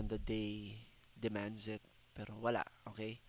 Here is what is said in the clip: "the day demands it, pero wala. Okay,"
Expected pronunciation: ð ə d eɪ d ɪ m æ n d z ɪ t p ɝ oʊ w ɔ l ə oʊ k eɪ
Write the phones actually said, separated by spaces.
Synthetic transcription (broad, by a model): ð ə d eɪ d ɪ m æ n d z ɪ t p ɝ oʊ w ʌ l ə oʊ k eɪ